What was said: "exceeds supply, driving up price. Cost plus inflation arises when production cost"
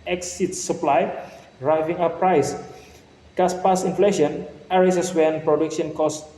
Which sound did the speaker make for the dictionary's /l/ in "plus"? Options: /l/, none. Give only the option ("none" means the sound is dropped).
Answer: none